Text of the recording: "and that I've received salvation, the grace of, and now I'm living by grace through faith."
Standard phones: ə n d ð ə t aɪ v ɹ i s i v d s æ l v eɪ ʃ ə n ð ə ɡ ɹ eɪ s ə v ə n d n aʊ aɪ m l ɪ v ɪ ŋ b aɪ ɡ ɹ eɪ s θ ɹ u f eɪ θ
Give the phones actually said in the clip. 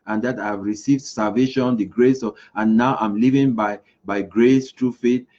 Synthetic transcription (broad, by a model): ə n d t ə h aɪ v ɹ i s i v d s æ l v eɪ ʃ ə n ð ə ɡ ɹ eɪ s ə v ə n n aʊ aɪ m l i v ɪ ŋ b aɪ ɡ ɹ eɪ s t ɹ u f eɪ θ